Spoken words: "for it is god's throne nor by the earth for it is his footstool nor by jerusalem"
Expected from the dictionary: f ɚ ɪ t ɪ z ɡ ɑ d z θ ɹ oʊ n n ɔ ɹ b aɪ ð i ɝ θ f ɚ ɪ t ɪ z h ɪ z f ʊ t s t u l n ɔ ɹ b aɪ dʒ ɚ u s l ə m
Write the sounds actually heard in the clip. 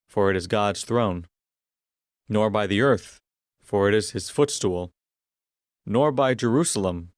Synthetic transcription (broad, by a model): f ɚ ɪ t ɪ z ɡ ɑ d z θ ɹ oʊ n n ɔ ɹ b aɪ ð i ɝ θ f ɚ ɪ t ɪ z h ɪ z f ʊ t s t u l n ɔ ɹ b aɪ dʒ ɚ u s l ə m